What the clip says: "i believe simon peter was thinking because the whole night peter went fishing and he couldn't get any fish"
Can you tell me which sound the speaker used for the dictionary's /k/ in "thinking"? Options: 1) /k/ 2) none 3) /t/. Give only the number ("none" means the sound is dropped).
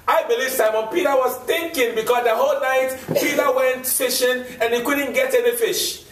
1